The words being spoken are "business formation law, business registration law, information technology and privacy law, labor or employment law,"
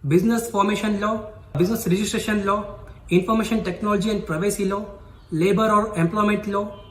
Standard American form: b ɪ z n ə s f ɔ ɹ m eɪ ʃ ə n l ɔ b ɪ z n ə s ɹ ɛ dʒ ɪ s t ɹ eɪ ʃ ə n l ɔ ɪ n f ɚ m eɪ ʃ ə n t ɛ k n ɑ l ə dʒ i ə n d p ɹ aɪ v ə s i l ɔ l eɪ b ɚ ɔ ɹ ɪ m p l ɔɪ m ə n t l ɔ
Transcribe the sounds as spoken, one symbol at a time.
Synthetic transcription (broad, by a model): b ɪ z n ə s f ɔ ɹ m eɪ ʃ ə n l ɔ b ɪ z n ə s ɹ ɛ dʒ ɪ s t ɹ eɪ ʃ ə n l ɔ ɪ n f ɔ m eɪ ʃ ə n t ɛ k n ɑ l ə dʒ i ə n d p ɹ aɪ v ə s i l ɔ l eɪ b ɚ ɔ ɹ ɪ m p l ɔɪ m ə n t l ɔ